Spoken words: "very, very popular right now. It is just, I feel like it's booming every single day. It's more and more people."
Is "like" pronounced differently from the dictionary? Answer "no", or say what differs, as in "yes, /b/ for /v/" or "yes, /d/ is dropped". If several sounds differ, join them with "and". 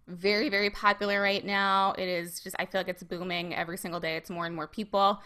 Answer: no